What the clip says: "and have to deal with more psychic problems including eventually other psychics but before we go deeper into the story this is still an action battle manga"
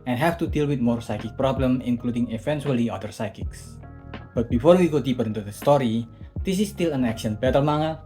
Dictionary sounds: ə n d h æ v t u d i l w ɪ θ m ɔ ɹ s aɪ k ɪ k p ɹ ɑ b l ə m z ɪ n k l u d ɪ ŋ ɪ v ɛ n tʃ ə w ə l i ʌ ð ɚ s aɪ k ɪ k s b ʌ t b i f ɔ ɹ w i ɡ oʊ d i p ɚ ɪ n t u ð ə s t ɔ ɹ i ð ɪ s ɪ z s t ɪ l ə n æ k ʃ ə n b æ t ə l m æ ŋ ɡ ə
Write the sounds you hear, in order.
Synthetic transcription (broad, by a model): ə n h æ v t u d i l w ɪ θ m ɔ ɹ s aɪ k ɪ k p ɹ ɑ b l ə m ɪ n k l u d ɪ ŋ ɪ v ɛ n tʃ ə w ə l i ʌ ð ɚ s aɪ k ɪ k s b ʌ t b i f ɔ ɹ w i ɡ oʊ d i p ɚ ɪ n t u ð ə s t ɔ ɹ i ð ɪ s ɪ s t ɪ l ə n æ k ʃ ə n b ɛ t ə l m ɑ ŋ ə